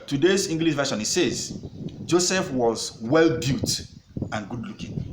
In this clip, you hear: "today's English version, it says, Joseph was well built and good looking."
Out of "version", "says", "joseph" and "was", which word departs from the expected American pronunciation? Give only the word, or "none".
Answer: version